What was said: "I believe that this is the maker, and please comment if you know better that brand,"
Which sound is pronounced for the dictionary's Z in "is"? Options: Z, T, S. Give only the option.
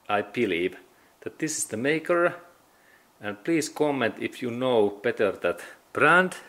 S